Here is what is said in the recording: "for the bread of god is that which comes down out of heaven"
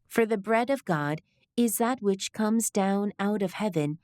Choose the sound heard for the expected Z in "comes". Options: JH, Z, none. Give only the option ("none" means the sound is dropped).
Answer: Z